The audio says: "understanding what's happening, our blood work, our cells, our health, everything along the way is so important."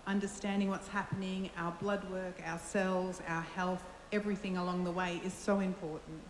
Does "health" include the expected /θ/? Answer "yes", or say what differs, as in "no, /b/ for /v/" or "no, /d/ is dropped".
yes